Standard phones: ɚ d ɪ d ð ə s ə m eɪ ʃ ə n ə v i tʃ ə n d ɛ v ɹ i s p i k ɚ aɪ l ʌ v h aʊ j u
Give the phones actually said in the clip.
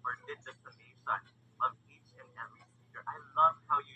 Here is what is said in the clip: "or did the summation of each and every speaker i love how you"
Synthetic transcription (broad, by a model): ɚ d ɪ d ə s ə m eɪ s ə n ə v i tʃ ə n ɛ v ɹ i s i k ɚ aɪ l ʌ v h aʊ j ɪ